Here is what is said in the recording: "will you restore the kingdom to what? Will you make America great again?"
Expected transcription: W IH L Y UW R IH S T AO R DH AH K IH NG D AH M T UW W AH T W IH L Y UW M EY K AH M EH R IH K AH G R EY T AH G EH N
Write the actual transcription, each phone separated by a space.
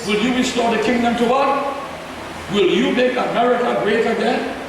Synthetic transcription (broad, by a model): W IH L Y UW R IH S T AO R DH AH K IH NG D AH M T UW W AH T W IH L Y UW M EY K AH M EH R IH K AH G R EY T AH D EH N